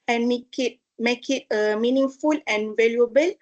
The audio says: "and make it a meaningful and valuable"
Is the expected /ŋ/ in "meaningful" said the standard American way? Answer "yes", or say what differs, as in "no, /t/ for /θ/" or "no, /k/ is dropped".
yes